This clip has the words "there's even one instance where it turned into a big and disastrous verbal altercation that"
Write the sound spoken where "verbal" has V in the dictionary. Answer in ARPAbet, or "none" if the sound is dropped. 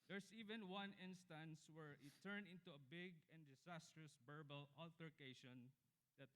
B